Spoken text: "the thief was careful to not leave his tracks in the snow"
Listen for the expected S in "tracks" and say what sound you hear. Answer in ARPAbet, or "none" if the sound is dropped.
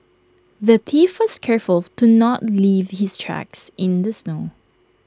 S